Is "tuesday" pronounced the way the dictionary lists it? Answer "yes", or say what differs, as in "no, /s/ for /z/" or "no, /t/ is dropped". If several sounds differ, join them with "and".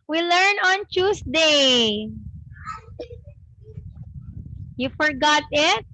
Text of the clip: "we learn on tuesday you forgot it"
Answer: no, /s/ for /z/